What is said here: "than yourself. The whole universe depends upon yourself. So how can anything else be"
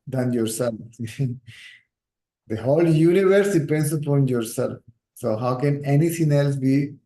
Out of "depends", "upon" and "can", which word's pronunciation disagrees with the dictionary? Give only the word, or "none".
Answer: depends